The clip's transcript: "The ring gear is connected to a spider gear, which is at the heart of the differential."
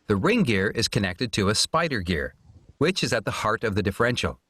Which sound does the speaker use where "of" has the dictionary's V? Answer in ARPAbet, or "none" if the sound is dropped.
V